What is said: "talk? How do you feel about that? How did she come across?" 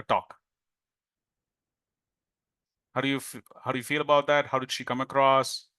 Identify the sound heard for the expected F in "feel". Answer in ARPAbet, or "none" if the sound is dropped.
F